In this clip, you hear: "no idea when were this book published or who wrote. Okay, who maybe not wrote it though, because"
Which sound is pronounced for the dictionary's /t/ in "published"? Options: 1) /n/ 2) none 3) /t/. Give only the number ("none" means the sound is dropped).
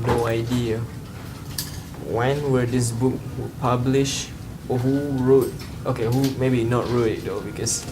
2